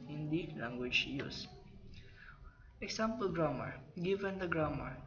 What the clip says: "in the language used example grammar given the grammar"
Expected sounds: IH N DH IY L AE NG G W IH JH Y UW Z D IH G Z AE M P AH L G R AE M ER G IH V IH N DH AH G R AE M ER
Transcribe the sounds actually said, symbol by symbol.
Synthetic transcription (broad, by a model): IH N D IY L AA NG G W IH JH Y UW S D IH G S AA M P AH L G R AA M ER G IH V IH N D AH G R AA M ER